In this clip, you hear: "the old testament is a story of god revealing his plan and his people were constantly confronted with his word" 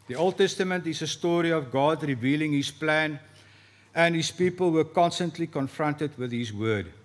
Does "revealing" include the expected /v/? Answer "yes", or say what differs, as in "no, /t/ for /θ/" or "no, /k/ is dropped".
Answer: yes